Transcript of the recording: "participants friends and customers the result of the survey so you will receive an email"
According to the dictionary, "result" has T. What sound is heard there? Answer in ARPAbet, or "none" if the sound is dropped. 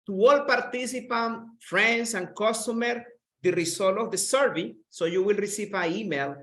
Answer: none